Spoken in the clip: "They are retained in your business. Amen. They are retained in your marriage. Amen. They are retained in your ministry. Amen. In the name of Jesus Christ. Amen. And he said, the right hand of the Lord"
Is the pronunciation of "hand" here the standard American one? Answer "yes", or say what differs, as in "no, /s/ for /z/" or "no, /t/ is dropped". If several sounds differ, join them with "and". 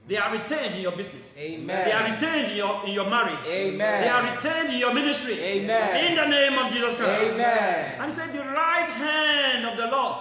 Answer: yes